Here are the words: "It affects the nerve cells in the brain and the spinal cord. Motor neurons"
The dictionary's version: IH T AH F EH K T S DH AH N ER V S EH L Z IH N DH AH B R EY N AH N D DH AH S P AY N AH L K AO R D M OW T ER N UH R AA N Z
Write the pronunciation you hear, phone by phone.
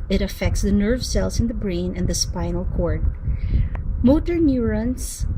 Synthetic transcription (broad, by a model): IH T AH F EH K T S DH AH N ER V S EH L S IH N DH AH B R EY N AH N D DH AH S P AY N AH L K AO R D M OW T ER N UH R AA N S